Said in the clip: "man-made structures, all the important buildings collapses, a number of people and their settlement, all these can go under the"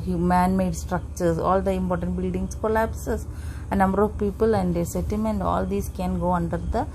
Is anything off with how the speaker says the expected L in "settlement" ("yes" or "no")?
yes